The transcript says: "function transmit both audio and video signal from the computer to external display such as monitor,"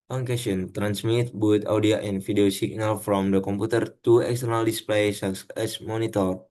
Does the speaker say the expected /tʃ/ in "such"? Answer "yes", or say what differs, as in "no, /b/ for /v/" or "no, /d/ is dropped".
no, /s/ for /tʃ/